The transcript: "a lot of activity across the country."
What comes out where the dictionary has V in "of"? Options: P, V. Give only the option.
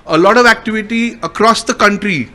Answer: V